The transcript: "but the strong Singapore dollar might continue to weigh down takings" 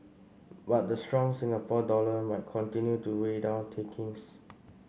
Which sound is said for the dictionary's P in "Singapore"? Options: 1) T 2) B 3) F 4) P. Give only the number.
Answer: 3